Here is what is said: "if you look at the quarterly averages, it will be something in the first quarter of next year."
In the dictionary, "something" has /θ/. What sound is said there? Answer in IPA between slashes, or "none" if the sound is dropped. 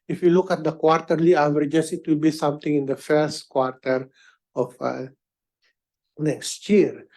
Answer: /t/